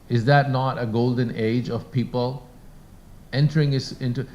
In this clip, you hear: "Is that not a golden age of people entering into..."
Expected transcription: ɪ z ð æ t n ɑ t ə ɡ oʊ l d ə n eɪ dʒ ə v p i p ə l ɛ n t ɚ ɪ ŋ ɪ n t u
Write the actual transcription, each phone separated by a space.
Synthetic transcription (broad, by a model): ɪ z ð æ t n ɑ t ə ɡ oʊ l d ə n eɪ dʒ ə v p i p ə l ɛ n t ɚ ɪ ŋ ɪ n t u